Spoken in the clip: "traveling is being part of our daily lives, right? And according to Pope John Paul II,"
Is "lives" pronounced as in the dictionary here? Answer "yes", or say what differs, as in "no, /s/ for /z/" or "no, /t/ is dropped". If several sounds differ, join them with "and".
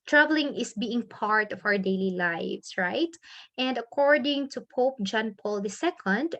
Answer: no, /s/ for /z/